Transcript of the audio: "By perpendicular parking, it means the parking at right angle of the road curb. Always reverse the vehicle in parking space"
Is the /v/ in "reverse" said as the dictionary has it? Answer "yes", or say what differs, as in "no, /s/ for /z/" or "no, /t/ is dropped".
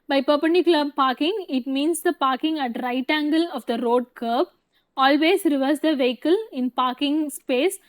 yes